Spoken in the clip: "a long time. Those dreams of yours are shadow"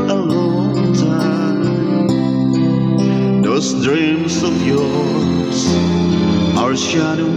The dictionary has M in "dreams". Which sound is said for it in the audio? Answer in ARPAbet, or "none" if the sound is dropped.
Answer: M